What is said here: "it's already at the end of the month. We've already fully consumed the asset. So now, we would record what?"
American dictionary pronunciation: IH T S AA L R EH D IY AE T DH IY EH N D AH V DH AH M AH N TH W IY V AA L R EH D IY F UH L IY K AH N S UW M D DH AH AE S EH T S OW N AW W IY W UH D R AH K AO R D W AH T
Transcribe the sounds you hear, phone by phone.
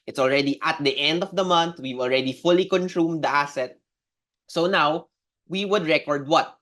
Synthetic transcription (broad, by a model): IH T S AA L R EH D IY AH T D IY EH N D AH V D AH M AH N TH W IY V AA L R EH D IY F UH L IY K AH N S UW M D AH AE S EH T S OW N AW W IY W UH D R AH K AO R D W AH T